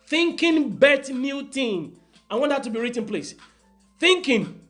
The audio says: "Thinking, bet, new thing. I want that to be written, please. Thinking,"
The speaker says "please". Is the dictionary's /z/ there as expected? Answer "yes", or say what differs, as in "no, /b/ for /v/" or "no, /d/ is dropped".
no, /s/ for /z/